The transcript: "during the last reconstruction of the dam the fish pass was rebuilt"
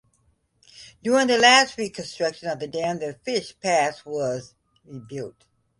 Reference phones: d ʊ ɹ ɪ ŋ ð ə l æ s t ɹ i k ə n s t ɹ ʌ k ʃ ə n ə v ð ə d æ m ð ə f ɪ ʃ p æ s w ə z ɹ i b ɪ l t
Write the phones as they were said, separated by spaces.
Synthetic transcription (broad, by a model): d ʊ ɹ ɪ ŋ ð ə l æ s t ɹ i k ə n s t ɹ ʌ k ʃ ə n ə v ð ə d æ m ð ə f ɪ ʃ p æ s w ə z ɹ i b ɪ l t